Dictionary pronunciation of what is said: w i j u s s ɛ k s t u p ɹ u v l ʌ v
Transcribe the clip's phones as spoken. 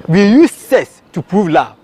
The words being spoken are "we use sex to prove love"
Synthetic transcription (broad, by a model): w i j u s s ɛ s t u p ɹ u v l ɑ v